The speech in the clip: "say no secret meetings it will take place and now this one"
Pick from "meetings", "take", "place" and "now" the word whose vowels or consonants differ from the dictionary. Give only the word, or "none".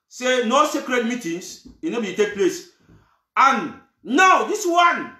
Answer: meetings